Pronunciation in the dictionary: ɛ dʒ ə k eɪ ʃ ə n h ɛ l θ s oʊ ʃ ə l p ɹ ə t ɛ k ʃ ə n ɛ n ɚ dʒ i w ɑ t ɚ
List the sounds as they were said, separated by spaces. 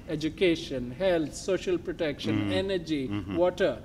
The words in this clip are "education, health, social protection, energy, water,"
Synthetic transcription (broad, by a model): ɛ dʒ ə k eɪ ʃ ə n h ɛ l t s oʊ ʃ ə l p ɹ ə t ɛ k ʃ ə n ɛ n ɚ dʒ i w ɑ t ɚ